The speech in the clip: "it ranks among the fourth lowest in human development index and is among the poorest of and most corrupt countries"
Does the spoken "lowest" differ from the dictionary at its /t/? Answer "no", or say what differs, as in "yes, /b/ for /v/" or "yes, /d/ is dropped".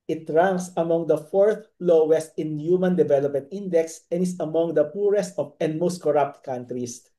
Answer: no